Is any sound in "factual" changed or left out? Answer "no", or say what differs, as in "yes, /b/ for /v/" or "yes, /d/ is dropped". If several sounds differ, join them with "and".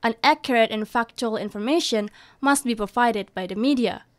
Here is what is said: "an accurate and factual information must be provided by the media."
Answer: no